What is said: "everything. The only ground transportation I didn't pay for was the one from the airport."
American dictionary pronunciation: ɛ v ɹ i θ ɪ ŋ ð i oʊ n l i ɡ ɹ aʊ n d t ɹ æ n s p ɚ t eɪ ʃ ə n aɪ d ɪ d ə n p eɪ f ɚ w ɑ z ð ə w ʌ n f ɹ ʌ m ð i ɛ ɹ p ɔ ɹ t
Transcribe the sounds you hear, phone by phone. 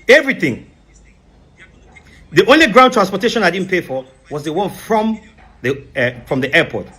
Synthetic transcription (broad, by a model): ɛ v ɹ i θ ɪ ŋ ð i oʊ n l i ɡ ɹ aʊ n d t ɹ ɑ n s p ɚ t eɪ ʃ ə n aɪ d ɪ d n p eɪ f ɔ w ɑ z ð ə w ʌ n f ɹ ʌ m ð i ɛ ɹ p ɔ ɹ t